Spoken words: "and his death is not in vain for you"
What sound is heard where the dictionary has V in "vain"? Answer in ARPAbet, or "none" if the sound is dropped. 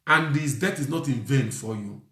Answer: V